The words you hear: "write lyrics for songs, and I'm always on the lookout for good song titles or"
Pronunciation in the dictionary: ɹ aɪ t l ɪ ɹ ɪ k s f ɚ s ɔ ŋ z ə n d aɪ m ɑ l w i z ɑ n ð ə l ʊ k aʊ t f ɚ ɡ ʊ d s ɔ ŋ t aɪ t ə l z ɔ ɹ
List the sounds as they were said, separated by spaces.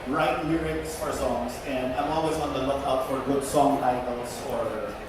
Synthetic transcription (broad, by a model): ɹ aɪ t n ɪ ɹ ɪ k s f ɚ s ɔ ŋ z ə n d aɪ m ɑ l w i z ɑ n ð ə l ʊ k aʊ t f ɚ ɡ ʊ d s ɔ ŋ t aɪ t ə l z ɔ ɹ